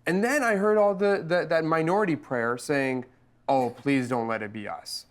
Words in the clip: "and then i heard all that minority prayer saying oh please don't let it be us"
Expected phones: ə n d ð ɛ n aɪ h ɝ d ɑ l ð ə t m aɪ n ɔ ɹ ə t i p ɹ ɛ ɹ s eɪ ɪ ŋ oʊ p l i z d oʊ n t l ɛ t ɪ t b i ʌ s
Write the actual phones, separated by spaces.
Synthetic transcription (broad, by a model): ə n ð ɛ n aɪ h ɝ d ɑ l ð ə t m aɪ n ɔ ɹ ə t i p ɹ ɛ ɹ s eɪ ɪ ŋ oʊ p l i z d oʊ n t l ɛ t ɪ t b i ʌ s